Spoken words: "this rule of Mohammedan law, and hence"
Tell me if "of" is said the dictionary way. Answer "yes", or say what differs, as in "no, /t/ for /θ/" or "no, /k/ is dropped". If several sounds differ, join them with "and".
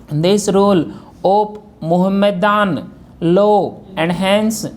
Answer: no, /p/ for /v/